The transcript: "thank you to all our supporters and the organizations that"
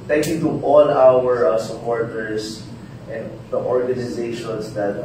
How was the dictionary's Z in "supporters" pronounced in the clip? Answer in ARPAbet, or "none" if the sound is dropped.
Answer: S